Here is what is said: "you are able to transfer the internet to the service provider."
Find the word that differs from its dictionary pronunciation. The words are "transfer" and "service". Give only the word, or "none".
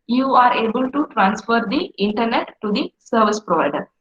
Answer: none